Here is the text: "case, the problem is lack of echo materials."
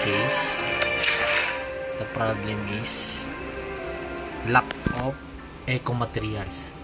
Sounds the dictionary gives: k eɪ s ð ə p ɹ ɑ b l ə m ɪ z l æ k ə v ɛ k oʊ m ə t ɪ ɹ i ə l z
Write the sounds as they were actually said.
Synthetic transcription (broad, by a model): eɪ s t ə p ɹ ɑ b l ə m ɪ s l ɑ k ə p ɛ k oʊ m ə t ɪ ɹ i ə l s